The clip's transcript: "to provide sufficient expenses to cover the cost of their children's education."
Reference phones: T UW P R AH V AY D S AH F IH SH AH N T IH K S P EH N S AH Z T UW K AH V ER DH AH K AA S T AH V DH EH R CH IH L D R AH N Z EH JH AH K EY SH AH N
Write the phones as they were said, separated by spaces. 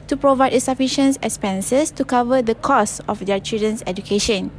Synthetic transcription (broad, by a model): T UW P R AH V AY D S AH F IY SH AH N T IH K S P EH N S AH S T UW K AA V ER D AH K AA S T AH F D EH CH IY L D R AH N S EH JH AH K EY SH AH N